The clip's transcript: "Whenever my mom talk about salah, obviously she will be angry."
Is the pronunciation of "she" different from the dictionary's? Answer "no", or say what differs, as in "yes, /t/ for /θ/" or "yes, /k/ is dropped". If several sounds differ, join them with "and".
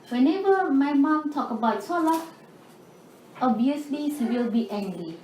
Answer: yes, /s/ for /ʃ/